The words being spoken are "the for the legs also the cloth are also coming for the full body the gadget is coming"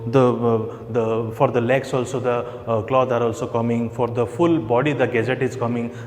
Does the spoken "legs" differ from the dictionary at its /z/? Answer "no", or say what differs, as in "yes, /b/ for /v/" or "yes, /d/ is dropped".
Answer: yes, /s/ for /z/